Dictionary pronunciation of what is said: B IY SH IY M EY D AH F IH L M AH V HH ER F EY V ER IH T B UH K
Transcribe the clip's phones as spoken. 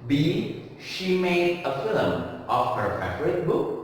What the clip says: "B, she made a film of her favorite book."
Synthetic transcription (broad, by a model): B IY SH IY M EY D AH F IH L M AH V HH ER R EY F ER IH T B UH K